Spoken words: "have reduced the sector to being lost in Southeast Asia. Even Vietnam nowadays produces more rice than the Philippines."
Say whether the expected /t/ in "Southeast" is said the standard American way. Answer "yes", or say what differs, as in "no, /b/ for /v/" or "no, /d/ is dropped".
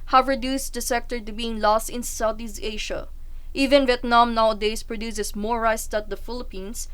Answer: no, /t/ is dropped